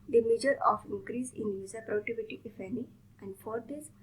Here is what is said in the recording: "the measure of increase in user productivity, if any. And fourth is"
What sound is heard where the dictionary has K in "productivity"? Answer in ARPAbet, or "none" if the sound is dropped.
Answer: none